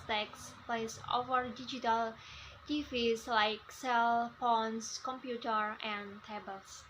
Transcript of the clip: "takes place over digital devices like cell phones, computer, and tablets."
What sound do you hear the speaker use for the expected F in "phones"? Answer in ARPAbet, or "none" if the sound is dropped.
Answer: P